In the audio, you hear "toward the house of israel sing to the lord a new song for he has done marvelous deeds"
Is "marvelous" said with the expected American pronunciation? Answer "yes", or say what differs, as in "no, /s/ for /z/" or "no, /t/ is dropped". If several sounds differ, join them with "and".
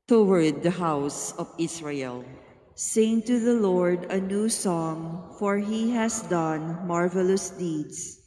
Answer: yes